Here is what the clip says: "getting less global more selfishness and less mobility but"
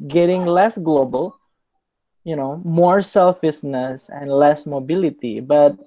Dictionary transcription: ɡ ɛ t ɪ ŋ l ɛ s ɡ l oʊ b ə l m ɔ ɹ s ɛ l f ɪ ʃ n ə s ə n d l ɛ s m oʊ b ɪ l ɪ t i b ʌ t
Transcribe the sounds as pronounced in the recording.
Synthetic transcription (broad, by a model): ɡ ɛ t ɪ ŋ l ɛ s ɡ l oʊ b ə l m ɔ ɹ s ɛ l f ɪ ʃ n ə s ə n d l ɛ s m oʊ b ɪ l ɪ t i b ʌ t